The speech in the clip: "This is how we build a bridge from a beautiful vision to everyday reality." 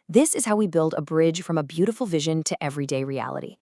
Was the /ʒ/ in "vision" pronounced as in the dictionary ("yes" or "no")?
yes